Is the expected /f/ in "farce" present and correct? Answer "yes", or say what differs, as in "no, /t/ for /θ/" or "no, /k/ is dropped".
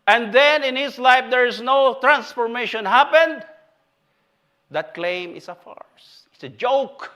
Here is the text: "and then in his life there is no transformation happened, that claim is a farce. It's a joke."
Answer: yes